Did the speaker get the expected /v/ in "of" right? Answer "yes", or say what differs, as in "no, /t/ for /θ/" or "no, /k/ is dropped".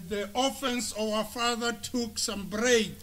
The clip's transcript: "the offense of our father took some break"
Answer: no, /w/ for /v/